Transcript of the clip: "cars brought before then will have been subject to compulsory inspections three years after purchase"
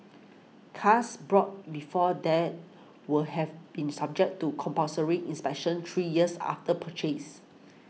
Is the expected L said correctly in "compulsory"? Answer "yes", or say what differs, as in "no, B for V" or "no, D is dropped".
no, L is dropped